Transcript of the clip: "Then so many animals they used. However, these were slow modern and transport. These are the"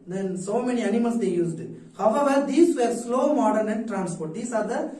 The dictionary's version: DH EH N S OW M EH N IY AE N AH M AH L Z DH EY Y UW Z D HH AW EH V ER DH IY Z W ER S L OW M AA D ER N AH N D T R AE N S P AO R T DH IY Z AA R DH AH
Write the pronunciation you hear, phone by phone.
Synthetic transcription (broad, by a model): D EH N S OW M EH N IY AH N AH M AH L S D EY Y UW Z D HH AW EH V ER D IY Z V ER S L OW M AA D ER N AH N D T R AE N S P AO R T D IY S AA R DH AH